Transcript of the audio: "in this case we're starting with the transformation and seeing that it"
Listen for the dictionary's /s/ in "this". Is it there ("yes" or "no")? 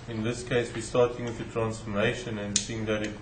yes